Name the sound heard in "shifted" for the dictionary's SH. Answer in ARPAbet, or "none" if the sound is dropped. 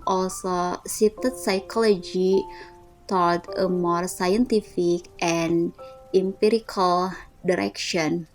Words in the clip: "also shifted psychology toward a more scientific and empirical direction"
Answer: S